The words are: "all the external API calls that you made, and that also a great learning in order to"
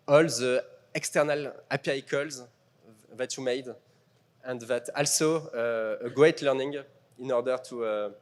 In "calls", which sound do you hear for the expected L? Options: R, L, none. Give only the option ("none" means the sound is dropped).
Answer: L